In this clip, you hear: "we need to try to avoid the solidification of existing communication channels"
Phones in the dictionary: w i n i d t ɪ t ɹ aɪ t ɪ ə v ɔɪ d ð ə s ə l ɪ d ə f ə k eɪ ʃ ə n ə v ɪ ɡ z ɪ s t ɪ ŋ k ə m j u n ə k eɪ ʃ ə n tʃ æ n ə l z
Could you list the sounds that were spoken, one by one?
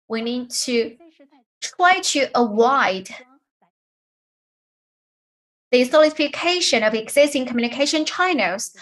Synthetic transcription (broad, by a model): w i n i d t ɪ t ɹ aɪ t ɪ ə w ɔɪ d ð ə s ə l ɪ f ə k eɪ ʃ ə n ə v ɪ ɡ z ɪ s t ɪ ŋ k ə m j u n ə k eɪ ʃ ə n tʃ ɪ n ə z